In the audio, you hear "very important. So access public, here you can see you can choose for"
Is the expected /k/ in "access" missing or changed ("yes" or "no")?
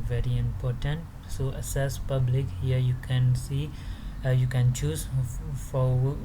yes